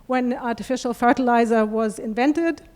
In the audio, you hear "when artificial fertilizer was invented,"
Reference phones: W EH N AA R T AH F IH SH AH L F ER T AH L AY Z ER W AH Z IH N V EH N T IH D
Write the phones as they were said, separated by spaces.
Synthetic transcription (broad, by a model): W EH N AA R T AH F IH SH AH L F ER T AH L AY Z ER W AH Z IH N V EH N T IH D